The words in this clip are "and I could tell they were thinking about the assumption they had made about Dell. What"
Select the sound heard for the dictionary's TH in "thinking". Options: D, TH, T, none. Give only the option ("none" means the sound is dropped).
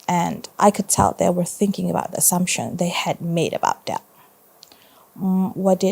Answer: TH